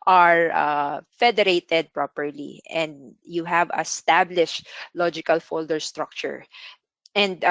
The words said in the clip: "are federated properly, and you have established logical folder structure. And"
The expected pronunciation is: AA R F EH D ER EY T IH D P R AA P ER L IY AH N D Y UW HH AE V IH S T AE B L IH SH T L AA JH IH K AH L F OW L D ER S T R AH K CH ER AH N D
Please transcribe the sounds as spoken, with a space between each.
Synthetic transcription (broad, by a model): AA R F EH D ER EY T IH D P R AA P ER L IY AH N D Y UW HH AE V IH S T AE B L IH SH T L AA JH IH K AH L F OW L D ER S T R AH K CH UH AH N D